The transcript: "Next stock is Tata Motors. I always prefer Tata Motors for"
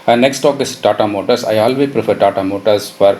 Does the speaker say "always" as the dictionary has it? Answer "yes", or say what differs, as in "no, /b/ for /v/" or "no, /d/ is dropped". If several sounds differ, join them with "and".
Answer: no, /z/ is dropped